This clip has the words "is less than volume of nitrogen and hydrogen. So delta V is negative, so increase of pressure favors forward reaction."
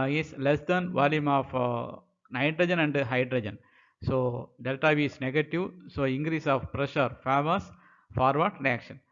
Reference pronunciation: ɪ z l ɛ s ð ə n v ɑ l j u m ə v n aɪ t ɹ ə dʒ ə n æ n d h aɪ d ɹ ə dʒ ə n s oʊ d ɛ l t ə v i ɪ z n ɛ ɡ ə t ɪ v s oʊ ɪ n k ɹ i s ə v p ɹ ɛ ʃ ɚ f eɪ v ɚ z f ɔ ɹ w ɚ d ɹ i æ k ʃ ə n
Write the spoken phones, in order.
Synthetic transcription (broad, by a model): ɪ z l ɛ s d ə n v ɑ l j u m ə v n aɪ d ɹ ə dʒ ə n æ n d h aɪ d ɹ ə dʒ ə n s oʊ d ɛ l t ə v i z n ɛ ɡ ə t ɪ v s oʊ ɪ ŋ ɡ ɹ i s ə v p ɹ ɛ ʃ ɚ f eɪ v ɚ s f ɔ ɹ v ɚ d ɹ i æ k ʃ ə n